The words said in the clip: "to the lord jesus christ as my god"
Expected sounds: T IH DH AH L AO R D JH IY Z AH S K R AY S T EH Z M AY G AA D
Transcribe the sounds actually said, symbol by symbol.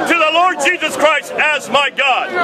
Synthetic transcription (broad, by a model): T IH DH AH L AO R D JH IY Z AH S K R AY S T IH Z M AY G AA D